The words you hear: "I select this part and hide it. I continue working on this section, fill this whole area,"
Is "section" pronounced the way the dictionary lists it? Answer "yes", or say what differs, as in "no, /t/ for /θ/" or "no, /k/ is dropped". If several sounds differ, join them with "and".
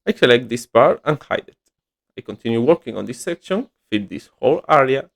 yes